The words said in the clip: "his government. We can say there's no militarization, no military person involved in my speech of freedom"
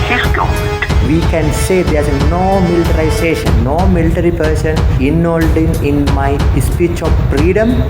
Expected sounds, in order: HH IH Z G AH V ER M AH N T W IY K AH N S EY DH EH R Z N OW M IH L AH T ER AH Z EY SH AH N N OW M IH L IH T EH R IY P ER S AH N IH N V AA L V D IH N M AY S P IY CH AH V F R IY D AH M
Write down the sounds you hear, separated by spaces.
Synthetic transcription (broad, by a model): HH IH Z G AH T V IY K AH N S EY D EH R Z N OW M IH L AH T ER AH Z EY SH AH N N OW M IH L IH T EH R IY P ER S AH N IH N AA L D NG IH N M AY S P IY CH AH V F R IY D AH M